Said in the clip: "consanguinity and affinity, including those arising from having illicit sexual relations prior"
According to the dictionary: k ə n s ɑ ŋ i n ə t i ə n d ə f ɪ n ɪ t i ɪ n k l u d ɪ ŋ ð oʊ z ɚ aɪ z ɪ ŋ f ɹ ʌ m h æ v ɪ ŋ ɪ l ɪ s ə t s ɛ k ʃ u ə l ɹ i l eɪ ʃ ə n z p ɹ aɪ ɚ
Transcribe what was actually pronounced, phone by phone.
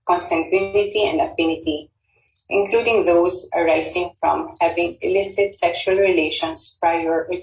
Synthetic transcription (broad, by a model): k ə n s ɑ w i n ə t i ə n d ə f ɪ n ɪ t i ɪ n k l u d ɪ ŋ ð oʊ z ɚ aɪ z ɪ ŋ f ɹ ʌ m h æ v ɪ ŋ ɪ l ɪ s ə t s ɛ k ʃ u ə l ɹ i l eɪ ʃ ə n s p ɹ aɪ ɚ